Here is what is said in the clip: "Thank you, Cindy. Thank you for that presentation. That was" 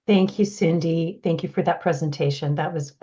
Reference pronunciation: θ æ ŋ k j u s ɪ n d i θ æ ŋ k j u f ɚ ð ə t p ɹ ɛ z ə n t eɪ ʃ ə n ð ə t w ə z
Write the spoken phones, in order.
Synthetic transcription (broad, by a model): θ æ ŋ k j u s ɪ n d i θ æ ŋ k j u f ɚ ð ə t p ɹ ɛ z ə n t eɪ ʃ ə n ð ə t w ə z